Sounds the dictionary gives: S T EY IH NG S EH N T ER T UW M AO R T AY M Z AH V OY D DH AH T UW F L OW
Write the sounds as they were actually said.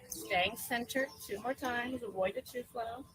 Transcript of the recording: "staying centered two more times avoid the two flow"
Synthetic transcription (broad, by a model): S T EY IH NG S EH N T ER T UW M AO R T AY M Z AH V OY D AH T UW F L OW